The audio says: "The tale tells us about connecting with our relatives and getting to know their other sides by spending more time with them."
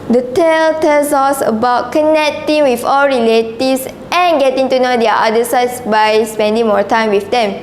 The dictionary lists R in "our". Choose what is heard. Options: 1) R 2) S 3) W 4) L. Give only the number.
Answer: 4